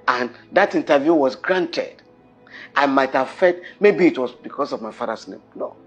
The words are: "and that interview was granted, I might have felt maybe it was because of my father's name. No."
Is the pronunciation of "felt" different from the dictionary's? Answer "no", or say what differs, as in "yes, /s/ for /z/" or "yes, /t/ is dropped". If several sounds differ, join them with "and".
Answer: yes, /l/ is dropped